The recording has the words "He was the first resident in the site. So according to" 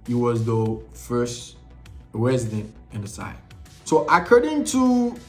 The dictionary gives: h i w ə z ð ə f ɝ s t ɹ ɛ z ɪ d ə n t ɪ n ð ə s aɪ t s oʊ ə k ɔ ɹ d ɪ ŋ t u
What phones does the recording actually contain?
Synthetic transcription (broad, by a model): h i w ə z ð ə f ɝ s t ɹ ɛ z ɪ d ə n t ɪ n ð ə s aɪ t s oʊ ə k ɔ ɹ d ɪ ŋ t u